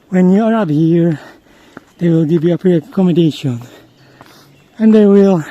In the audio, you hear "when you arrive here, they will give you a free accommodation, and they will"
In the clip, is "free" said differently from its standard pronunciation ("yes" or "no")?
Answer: yes